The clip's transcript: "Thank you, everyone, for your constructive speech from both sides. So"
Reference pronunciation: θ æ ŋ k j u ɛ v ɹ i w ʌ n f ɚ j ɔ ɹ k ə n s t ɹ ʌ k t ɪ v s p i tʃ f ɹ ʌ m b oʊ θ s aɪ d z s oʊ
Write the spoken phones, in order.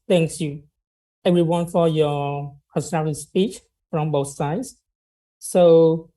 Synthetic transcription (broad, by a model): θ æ ŋ k j u ɛ v ɹ i w ʌ n f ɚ j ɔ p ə s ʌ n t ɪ s p i tʃ f ɹ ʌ m b oʊ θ s aɪ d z s oʊ